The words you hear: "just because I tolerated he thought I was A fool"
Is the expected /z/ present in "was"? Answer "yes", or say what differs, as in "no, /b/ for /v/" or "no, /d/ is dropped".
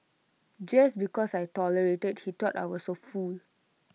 no, /s/ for /z/